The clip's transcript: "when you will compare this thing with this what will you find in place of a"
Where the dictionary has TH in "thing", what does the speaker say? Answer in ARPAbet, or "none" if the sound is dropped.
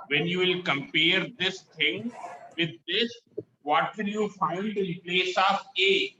T